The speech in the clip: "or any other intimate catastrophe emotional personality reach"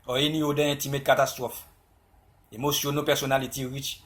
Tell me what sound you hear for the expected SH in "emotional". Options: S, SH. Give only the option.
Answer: S